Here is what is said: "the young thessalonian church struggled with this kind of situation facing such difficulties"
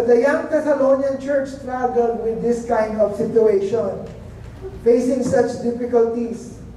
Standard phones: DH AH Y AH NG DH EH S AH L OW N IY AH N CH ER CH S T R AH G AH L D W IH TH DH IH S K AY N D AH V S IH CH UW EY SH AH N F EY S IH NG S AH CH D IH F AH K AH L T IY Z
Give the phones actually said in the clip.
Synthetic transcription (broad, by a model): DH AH Y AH NG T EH S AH L OW N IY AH N CH ER CH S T R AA G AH L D W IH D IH S K AY N D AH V S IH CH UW EY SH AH N F EY S IH NG S AH CH D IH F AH K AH L T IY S